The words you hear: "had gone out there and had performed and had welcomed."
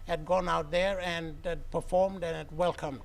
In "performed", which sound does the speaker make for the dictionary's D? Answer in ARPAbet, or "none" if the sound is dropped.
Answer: D